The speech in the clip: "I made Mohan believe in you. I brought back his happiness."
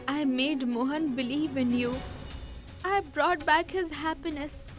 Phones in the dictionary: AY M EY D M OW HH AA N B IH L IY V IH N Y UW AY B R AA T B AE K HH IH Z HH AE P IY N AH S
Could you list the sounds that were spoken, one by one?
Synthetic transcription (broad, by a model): AY M EY D M OW HH AA N B IH L IY V IH N Y UW AY B R AA T B AE K HH IH Z HH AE P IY N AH S